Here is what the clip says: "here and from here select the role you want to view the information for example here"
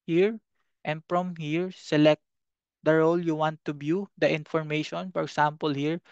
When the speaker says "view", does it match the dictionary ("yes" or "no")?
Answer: no